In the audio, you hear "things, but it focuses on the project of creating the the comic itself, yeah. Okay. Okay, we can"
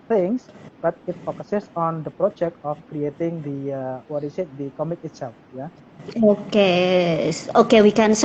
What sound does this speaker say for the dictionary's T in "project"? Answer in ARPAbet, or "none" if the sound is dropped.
T